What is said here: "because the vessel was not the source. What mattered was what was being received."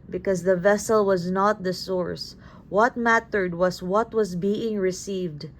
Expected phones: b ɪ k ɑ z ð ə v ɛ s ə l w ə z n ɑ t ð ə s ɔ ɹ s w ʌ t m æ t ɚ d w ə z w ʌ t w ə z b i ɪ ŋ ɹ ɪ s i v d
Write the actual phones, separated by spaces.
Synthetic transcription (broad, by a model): b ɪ k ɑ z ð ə v ɛ s ə l w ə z n ɑ t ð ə s ɔ ɹ s w ʌ t m æ t ɚ d w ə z w ʌ t w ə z b i ɪ ŋ ɹ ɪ s i v d